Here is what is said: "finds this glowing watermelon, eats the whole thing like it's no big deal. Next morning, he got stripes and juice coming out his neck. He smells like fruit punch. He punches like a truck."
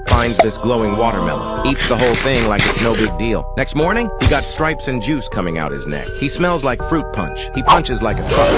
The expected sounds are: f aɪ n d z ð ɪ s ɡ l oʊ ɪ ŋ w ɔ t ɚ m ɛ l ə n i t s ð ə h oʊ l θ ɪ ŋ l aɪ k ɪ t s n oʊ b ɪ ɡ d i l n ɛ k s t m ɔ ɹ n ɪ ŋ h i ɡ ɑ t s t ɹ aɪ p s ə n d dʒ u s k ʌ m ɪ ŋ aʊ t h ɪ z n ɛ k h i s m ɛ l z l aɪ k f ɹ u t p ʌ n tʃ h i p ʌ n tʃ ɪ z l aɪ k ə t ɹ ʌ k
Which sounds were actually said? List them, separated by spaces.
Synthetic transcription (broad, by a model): f aɪ n d z ð ɪ s ɡ l oʊ ɪ ŋ w ɔ t ɚ m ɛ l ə i t s ð ə h oʊ l θ ɪ ŋ l aɪ k ɪ t s n oʊ b ɪ ɡ d i l n ɛ k s t m ɔ ɹ n ɪ ŋ h i ɡ ɑ t s t ɹ aɪ p s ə n dʒ u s k ʌ m ɪ ŋ aʊ t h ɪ z n ɛ k h i s m ɛ l z l aɪ k f ɹ u t p ʌ n tʃ h i p ʌ n tʃ ɪ z l aɪ k ə t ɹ ʌ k